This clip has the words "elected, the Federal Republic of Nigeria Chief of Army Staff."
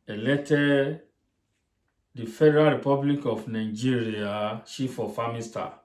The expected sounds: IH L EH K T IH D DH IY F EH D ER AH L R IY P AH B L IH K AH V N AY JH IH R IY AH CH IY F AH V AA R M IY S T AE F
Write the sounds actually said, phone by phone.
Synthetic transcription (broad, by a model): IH L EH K T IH D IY F EH D ER AH L R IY P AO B L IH K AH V N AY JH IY R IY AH SH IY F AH F AA M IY S T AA